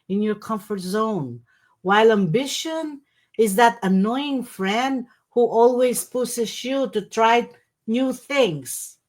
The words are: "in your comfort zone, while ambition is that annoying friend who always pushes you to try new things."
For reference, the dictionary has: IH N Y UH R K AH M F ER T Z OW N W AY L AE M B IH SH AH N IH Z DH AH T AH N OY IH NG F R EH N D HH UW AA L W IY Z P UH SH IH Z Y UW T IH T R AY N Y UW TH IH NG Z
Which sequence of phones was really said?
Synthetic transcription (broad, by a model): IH N Y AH R K AH M F ER T Z OW N W AY L AE M B IH SH AH N IH Z DH AH T AH N OY IH NG F R EH N D HH UW AA L W IY Z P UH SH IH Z Y UW T IH T R AY N Y UW TH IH NG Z